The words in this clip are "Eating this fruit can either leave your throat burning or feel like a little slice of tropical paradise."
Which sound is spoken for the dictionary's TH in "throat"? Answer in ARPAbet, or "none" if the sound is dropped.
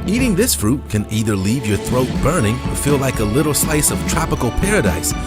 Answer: TH